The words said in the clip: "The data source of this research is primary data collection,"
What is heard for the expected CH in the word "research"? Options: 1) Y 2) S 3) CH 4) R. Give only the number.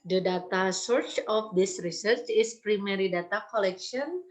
3